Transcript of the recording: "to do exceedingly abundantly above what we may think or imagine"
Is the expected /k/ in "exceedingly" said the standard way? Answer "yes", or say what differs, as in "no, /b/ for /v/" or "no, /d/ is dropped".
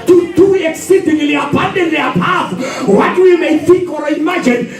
yes